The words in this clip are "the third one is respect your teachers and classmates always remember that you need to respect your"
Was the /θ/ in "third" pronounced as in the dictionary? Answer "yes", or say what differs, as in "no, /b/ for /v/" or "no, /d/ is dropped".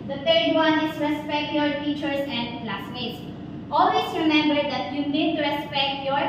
no, /t/ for /θ/